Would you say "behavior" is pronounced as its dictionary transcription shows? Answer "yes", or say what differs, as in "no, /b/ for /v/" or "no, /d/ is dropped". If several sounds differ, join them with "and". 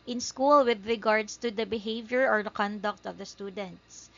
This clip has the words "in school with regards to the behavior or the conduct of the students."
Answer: yes